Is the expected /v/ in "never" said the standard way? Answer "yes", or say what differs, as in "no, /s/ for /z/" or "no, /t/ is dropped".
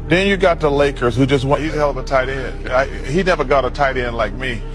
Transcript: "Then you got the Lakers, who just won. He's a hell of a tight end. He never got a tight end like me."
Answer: yes